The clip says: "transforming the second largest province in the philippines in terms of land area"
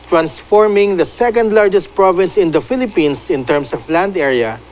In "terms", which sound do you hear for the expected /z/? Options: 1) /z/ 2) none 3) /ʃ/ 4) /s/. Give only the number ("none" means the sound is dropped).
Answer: 4